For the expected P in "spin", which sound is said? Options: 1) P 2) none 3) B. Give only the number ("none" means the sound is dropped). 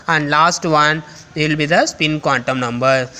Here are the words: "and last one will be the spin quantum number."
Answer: 1